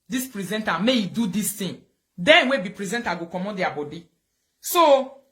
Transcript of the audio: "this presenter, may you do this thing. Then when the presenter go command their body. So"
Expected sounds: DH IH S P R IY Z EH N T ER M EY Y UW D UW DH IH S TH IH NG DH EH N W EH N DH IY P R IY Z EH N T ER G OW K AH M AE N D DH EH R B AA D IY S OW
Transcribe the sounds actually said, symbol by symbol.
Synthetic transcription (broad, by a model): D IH S P R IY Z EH N T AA M EY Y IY D UW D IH S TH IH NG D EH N W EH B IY P R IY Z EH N T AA G OW K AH M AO D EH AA B AA D IY S OW